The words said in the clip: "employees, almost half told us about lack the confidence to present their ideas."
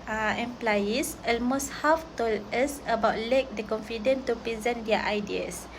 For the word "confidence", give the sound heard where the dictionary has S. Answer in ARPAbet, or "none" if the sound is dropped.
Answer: none